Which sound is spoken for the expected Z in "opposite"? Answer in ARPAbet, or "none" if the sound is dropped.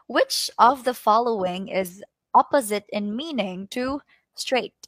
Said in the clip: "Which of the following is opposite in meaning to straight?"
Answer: Z